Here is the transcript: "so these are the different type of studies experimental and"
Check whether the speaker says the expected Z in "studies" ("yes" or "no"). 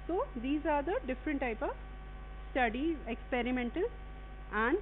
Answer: no